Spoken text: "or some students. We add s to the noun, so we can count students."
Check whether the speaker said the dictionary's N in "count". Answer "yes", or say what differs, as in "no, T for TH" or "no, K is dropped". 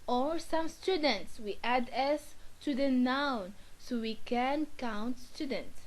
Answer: yes